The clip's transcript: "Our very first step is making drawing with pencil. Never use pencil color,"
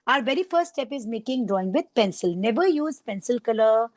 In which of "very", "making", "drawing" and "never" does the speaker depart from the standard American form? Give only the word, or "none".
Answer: drawing